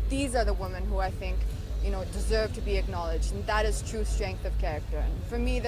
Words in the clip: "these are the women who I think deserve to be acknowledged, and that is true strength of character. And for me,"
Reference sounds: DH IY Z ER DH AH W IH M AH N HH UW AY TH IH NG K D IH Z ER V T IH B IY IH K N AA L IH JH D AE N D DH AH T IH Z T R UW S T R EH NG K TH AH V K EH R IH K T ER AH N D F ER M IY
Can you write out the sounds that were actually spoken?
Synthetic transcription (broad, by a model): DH IY Z ER DH AH W IH M AH N HH UW AY TH IH NG K D IH Z ER V T IH B IY IH K N AA L IH JH D N DH AH T IH Z T R UW S T R EH NG K TH AH V K EH R IH K T ER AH N F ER M IY